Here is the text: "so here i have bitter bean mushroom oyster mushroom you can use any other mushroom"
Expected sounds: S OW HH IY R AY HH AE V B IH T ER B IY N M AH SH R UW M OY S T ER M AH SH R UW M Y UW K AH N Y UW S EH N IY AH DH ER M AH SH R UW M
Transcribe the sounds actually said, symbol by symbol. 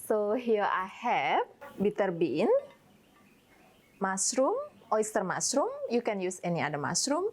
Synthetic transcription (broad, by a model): S OW HH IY AY HH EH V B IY T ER B IY N M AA S R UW M OY S T ER M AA S R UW M Y UW K AH N Y UW S EH N IY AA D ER M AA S R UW M